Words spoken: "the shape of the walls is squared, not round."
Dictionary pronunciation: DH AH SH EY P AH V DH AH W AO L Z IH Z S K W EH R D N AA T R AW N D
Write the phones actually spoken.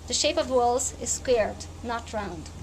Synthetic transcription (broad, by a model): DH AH SH EY P AH V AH W AO L Z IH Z S K W EH R D N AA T R AW N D